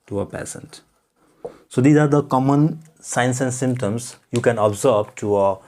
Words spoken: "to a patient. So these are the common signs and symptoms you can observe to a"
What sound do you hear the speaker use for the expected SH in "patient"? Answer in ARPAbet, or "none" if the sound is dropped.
S